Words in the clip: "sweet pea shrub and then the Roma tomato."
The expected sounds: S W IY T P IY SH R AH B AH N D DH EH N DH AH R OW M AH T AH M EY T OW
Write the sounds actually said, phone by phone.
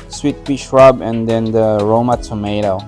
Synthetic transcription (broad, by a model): S W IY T B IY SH R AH B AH N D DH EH N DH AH R OW M AH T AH M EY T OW